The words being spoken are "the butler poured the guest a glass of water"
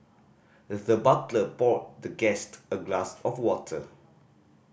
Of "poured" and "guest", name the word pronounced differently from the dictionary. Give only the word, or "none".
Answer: poured